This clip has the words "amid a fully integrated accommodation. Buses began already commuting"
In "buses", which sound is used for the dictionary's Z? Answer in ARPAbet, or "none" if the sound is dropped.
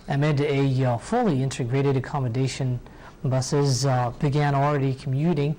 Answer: Z